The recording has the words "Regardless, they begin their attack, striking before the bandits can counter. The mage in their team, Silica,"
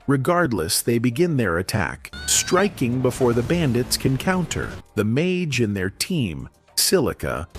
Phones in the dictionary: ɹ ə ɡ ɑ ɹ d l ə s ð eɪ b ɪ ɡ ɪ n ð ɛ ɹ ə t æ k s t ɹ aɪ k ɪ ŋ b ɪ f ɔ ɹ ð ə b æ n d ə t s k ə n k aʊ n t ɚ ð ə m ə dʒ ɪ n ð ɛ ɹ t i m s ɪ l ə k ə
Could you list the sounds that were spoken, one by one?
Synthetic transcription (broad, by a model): ɹ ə ɡ ɑ ɹ d l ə s ð eɪ b ɪ ɡ ɪ n ð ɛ ɹ ə t æ k s t ɹ aɪ k ɪ ŋ b ɪ f ɔ ɹ ð ə b æ n d ə t s k ə n k aʊ n t ɚ ð ə m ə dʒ ɪ n ð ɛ ɹ t i m s ɪ l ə k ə